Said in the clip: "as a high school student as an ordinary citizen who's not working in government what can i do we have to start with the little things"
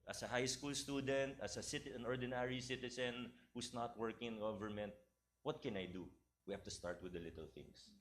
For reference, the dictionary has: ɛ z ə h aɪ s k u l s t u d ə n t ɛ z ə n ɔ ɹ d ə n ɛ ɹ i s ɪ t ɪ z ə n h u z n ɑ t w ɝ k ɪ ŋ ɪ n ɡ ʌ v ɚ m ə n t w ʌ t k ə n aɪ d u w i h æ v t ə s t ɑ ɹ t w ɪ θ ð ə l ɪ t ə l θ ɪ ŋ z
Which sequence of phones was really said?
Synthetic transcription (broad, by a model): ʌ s ə h aɪ s k u l s t u d ə n t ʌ s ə n ɔ ɹ d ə n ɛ ɹ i s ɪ t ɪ s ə n h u s n ɑ t w ɝ k ɪ ŋ ɪ n ɡ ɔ v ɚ m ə n t w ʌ t k ə n aɪ d u w i h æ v t ə s t ɑ ɹ t w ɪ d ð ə l ɪ t ə l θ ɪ ŋ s